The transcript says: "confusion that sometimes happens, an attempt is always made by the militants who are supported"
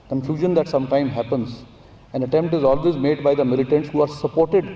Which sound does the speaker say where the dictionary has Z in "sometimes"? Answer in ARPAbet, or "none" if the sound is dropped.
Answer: none